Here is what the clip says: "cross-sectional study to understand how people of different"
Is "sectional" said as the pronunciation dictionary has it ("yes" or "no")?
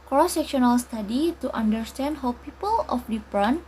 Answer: yes